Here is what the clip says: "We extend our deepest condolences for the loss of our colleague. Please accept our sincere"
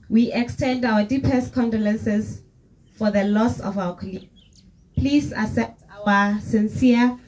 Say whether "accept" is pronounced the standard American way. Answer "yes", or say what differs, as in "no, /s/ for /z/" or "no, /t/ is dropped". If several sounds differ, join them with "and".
no, /k/ is dropped